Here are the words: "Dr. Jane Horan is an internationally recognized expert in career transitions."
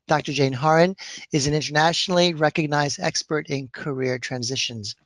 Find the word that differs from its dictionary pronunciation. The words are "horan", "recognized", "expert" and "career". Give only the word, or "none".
none